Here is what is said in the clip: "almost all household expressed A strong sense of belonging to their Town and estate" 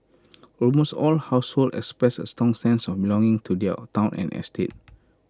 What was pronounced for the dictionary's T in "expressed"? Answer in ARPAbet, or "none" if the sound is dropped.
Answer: none